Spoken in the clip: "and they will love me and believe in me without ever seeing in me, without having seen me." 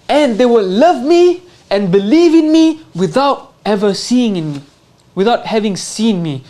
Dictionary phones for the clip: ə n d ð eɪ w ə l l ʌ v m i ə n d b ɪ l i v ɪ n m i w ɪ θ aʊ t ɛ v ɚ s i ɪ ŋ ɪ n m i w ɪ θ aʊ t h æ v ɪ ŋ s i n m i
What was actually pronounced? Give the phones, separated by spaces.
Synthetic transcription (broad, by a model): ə n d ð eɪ w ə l l ʌ v m i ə n b ɪ l i v ɪ n m i w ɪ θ aʊ t ɛ v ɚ s i ɪ ŋ ɪ n m i w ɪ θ aʊ t h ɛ v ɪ ŋ s i n m i